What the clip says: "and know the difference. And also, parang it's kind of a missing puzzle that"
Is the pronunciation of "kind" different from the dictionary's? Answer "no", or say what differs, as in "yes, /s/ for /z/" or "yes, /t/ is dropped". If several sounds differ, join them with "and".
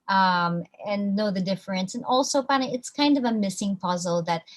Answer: no